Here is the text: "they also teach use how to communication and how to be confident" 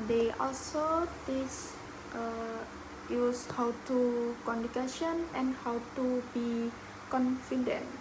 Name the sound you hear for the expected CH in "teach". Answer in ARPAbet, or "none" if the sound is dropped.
S